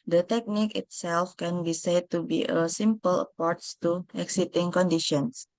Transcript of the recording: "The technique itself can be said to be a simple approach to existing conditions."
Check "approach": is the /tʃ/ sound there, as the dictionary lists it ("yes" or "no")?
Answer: no